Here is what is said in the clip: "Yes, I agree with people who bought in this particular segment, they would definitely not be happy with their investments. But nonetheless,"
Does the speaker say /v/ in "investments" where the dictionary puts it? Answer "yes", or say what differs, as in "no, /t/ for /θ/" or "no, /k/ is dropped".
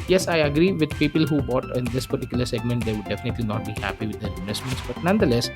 no, /v/ is dropped